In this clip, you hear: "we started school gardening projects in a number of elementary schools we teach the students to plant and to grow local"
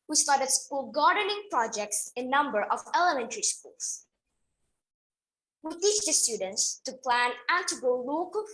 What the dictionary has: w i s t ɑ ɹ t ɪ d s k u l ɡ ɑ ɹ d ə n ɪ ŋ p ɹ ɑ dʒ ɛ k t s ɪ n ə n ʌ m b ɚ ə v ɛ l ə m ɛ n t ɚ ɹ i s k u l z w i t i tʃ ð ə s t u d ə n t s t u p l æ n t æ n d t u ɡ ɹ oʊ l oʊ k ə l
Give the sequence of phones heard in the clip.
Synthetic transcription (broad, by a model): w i s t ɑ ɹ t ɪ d s k u l ɡ ɑ ɹ d ə n ɪ ŋ p ɹ ɑ dʒ ɛ k t s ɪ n n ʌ m b ɚ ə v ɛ l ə m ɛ n t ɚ ɹ i s k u l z w i t i tʃ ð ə s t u d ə n t s t u p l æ n æ n t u ɡ oʊ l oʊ k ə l